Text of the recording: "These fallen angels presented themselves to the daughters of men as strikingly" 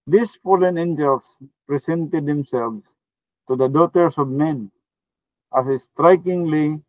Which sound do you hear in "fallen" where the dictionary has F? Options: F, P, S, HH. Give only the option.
F